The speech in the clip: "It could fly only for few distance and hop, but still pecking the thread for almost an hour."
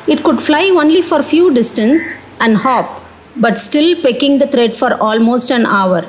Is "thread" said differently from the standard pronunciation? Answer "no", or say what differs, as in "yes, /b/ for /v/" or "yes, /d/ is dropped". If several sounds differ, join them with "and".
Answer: yes, /t/ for /θ/